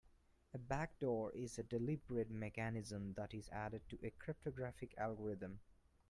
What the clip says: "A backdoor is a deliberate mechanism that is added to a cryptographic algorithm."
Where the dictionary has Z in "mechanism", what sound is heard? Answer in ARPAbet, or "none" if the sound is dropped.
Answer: Z